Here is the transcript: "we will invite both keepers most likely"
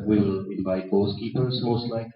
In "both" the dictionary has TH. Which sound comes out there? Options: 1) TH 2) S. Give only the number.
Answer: 2